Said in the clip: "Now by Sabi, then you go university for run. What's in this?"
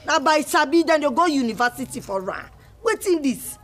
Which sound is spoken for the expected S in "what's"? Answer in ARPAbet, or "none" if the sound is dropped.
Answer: none